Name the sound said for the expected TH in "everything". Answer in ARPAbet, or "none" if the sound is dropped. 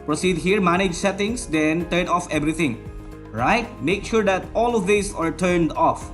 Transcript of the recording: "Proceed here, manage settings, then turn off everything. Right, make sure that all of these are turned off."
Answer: T